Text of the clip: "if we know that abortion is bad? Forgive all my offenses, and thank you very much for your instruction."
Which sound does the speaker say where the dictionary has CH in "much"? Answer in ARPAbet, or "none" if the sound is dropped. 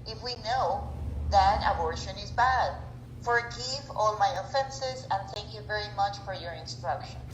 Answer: CH